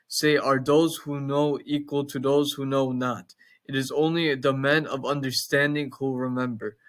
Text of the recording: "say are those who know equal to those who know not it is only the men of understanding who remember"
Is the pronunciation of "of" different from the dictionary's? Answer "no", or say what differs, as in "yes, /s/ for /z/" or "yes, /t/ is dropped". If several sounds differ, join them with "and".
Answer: no